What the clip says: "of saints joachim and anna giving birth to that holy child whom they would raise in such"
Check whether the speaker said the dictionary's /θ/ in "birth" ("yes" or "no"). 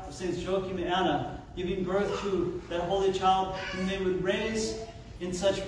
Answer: yes